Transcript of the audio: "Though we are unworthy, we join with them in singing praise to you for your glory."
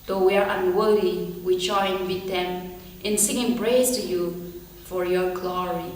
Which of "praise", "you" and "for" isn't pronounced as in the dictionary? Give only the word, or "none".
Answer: praise